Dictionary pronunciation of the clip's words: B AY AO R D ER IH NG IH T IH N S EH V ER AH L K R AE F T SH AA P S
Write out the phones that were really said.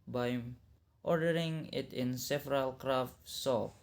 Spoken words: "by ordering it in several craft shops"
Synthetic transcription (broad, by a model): B AY AO R D ER IH NG IH T IH N S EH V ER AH L K R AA F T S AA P